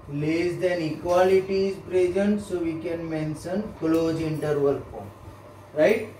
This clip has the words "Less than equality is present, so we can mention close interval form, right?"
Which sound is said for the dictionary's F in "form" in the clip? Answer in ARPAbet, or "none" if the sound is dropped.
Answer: P